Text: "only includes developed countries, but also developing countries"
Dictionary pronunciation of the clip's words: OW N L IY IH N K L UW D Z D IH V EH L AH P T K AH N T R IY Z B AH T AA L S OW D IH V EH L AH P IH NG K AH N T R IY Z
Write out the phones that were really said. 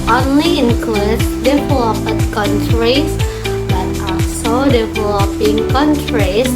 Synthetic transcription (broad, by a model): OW N L IY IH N K L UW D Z D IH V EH L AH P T K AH N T R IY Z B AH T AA S OW D IH V EH L AH P IH NG K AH N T R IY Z